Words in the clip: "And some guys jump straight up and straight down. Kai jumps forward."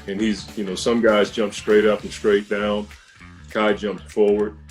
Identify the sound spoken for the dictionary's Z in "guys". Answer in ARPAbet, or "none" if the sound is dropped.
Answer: Z